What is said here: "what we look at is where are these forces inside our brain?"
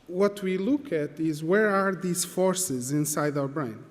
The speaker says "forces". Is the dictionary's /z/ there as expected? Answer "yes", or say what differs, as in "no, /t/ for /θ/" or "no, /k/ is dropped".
yes